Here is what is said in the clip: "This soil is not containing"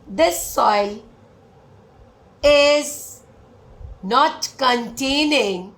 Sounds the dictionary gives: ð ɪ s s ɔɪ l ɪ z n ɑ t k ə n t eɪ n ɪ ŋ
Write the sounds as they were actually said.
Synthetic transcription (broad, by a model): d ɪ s s ɔɪ l ɪ z n ɑ t k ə n t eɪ n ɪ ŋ